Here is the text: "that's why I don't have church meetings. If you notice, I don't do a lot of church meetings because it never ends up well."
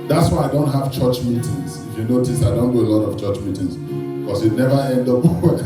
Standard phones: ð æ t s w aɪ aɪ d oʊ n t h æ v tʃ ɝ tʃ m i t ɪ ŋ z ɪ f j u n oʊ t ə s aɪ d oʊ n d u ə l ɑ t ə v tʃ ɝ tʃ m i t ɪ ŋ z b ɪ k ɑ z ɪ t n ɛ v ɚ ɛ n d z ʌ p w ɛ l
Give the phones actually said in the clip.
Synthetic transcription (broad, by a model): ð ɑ t s w aɪ aɪ d oʊ n t h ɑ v tʃ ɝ tʃ m i t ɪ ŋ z ɪ f j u n oʊ t ə s aɪ d oʊ n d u ə l ɑ t ə v tʃ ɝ tʃ m i t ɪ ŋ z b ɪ k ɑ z ɪ t n ɛ v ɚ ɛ n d ʌ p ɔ